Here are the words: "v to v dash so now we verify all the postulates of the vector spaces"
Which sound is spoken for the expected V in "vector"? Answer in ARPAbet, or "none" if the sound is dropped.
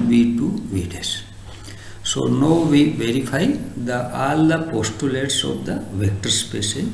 V